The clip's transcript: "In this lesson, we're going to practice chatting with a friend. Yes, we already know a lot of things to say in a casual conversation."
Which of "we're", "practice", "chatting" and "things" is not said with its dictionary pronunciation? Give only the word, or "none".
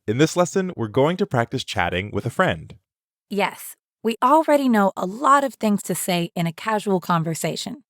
none